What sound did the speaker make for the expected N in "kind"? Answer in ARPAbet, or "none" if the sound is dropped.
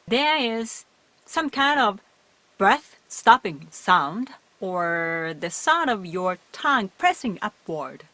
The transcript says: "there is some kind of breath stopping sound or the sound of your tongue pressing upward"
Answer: N